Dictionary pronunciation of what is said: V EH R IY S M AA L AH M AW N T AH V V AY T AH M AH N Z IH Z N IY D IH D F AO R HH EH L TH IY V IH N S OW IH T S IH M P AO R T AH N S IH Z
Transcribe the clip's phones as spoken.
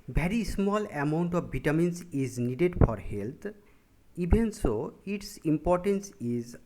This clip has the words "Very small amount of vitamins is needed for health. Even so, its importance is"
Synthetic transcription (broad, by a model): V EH R IY S M AA L AH M AW N T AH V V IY T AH M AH N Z IH Z N IY D IH D F AO R HH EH L T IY B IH N S OW IH T S IH M P AO R T AH N S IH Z